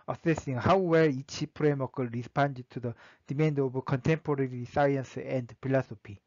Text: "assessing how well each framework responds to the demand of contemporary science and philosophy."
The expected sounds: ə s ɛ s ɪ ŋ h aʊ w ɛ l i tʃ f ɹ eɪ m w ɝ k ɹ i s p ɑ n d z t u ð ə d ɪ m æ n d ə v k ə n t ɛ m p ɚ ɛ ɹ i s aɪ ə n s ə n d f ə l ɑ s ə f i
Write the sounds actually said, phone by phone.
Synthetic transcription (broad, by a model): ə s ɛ s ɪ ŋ h aʊ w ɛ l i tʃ p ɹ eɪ m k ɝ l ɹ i s p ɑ n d t u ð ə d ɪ m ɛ n d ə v k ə n t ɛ m p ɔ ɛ ɹ i s aɪ ə n s ə n d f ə l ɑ s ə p i